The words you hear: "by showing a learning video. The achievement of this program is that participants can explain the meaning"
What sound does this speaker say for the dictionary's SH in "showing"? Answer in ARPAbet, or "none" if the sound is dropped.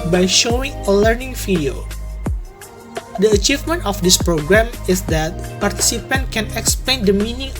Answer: SH